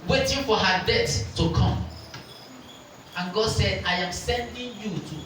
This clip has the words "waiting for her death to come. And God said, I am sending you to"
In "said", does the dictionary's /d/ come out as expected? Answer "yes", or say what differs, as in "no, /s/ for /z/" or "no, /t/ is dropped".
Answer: yes